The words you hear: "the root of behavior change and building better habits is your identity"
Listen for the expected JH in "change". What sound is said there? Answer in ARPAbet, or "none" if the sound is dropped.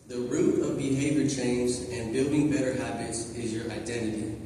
Z